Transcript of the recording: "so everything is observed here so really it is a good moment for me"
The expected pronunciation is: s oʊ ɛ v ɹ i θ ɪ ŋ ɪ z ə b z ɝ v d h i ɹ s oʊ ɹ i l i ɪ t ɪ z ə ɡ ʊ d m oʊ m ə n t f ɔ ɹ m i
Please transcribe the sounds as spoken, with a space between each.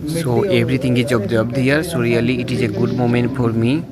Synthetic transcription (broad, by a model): s oʊ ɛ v ɹ i t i ŋ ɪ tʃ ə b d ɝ b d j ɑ ɹ s oʊ ɹ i l i ɪ t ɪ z ə ɡ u d m oʊ m ə n t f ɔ ɹ m i